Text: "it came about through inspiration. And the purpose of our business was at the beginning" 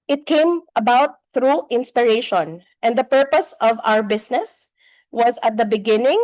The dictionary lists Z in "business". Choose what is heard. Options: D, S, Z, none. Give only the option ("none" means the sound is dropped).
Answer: S